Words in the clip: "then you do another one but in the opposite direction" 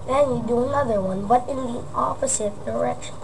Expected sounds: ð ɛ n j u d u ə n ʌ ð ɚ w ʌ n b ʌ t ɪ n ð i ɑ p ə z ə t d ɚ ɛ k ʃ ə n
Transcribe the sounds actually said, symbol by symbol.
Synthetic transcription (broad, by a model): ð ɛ n j u d u ə n ʌ ð ɚ w ʌ n b ʌ t ɪ n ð i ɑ f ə s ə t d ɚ ɛ k ʃ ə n